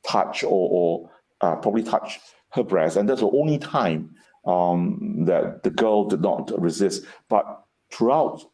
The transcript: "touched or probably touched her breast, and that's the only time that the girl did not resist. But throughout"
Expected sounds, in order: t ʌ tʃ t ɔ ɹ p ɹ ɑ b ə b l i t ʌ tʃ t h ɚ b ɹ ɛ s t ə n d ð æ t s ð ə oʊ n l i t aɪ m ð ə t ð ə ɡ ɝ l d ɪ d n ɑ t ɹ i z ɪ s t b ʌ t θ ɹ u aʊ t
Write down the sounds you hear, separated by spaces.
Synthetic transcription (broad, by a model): t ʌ tʃ t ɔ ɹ p ɹ ɑ b ə b l i t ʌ tʃ h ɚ b ɹ ɛ s t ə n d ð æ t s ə oʊ n l i t aɪ m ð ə t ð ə ɡ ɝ l d ɪ d n ɑ t ɹ i z ɪ s t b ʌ t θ ɹ u aʊ t